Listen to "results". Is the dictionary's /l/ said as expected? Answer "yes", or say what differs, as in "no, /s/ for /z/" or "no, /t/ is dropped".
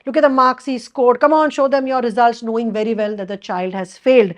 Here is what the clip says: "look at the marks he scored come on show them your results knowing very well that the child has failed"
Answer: yes